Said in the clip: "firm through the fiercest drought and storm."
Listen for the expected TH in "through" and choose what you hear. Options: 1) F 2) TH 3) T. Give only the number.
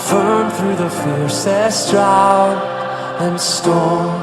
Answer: 2